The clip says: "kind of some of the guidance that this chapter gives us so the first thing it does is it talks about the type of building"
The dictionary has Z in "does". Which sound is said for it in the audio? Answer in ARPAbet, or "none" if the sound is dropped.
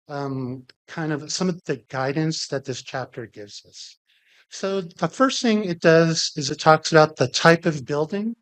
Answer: Z